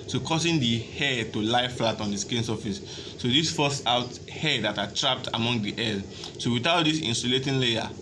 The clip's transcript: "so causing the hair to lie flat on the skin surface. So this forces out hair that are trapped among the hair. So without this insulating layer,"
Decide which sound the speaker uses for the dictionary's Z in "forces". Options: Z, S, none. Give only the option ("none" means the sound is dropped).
none